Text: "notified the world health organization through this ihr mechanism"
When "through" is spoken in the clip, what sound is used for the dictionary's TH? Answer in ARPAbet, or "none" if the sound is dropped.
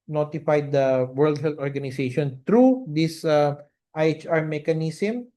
T